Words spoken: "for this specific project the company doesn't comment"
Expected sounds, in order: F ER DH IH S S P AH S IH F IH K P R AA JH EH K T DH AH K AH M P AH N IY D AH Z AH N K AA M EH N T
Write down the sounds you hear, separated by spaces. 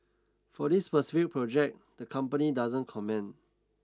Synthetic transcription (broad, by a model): F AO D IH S S P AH S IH F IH K P R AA JH EH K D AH K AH M P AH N IY D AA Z AH N K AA M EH N